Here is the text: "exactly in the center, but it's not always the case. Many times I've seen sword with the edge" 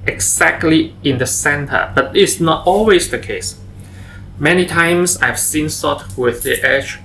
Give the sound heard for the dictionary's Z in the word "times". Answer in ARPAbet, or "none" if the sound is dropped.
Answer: S